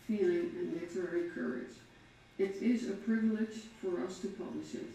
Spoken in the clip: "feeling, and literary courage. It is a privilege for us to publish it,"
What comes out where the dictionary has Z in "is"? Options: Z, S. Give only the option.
Z